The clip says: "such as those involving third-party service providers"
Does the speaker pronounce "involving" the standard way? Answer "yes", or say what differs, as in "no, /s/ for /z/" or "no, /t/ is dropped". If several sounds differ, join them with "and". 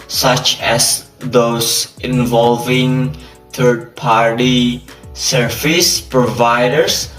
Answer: yes